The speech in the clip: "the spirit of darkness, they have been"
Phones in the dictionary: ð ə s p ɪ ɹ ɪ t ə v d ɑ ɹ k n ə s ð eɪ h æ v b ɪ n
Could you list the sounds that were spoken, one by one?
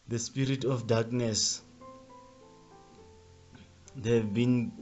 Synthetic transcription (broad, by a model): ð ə s p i ɹ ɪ t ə f d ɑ k n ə s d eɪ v b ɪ n